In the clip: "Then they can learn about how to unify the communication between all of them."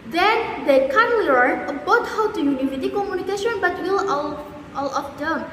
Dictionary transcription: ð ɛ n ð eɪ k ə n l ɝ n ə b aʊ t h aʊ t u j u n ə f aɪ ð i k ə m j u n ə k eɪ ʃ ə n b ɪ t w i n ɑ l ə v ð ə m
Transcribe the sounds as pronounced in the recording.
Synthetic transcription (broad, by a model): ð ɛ n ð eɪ k ə n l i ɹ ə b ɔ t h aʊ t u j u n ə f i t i k ə m j u n ə k eɪ ʃ ə n b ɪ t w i l ɑ l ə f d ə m